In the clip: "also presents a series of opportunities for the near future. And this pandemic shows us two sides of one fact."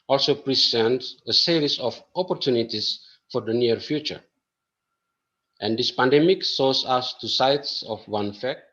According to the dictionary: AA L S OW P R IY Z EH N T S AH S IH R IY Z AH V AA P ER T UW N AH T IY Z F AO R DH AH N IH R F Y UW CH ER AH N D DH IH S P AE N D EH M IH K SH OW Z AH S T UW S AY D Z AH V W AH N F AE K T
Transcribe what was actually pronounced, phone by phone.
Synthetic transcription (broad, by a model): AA L S OW P R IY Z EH N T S AH S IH R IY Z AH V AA P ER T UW N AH T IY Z F AO R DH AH N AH R F Y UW CH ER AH N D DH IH S P AE N D EH M IH K S OW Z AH S T UW S AY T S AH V W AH N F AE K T